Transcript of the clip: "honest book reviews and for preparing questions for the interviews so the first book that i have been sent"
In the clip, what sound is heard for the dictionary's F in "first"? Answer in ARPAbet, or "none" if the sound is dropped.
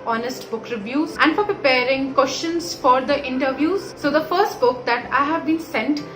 F